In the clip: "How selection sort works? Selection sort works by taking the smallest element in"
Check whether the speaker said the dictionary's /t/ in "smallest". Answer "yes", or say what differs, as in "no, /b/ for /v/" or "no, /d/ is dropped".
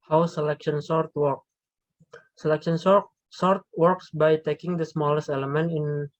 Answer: yes